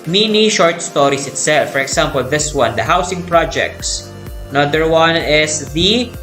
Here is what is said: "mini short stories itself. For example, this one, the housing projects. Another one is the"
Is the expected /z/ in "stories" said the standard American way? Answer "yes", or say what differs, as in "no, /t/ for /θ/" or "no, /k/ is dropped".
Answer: no, /s/ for /z/